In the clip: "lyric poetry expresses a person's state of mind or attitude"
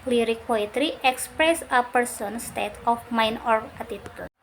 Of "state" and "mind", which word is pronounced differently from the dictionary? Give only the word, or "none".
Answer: mind